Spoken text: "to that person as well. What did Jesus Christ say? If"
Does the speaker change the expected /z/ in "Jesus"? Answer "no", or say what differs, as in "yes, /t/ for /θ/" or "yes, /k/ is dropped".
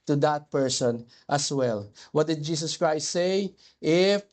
yes, /s/ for /z/